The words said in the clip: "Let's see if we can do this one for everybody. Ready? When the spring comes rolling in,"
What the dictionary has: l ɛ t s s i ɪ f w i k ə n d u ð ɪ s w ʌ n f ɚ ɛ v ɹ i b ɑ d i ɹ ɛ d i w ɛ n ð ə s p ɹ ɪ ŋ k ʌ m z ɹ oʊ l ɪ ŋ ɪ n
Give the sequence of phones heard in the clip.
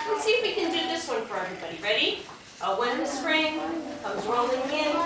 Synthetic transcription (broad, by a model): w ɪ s s i ɪ f w i k ə n d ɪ ð ɪ s w ʌ n f ɚ ɛ v ɹ i b ɑ d i ɹ ɛ d i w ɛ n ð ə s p ɹ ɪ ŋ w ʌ z ɹ oʊ l ɪ ŋ ɪ n